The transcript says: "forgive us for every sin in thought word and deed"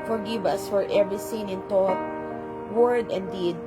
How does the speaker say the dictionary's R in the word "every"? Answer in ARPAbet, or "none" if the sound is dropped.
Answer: R